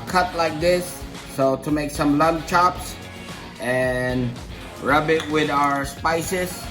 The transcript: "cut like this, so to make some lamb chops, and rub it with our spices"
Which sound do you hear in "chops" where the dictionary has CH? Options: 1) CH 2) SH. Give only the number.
1